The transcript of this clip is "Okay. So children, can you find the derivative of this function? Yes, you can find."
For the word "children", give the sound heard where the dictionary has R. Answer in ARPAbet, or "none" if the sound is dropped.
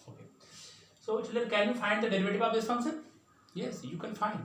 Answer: none